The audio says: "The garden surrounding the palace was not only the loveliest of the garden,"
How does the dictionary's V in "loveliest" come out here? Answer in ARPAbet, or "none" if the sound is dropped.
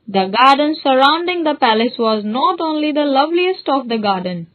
V